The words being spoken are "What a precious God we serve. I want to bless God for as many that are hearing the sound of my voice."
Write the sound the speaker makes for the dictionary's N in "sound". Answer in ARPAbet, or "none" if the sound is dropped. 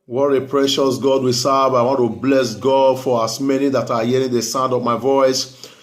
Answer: N